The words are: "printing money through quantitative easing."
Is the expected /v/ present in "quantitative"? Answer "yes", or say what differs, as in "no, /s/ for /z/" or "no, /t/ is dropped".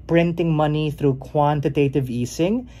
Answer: yes